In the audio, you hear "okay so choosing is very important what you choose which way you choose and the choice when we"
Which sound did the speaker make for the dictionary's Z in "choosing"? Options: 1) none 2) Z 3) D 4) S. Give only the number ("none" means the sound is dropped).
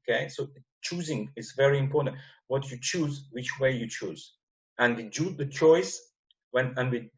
2